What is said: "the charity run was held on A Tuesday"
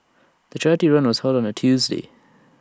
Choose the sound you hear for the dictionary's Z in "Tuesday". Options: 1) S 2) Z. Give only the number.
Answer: 2